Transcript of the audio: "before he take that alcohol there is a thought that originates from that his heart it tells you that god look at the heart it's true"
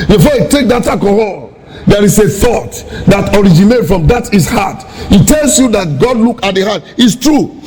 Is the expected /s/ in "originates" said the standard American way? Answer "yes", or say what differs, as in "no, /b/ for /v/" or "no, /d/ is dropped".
no, /s/ is dropped